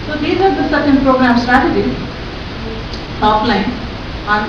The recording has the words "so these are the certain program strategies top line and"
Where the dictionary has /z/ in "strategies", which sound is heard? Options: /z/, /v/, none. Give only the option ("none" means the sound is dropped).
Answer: none